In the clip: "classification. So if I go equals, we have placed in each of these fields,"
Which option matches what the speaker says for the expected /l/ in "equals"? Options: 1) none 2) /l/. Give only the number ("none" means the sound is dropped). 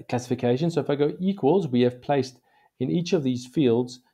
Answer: 2